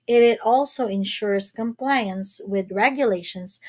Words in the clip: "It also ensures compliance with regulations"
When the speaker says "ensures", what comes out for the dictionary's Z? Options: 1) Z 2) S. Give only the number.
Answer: 2